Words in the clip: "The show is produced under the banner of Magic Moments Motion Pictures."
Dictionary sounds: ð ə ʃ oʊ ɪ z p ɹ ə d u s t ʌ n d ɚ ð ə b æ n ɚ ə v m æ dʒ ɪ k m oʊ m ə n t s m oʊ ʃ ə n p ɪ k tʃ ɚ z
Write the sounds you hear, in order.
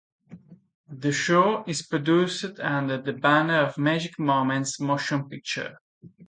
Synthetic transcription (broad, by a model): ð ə ʃ oʊ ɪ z p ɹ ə d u s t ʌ n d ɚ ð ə b æ n ɚ ə v m æ dʒ ɪ k m oʊ m ə n t s m oʊ ʃ ə n p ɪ k tʃ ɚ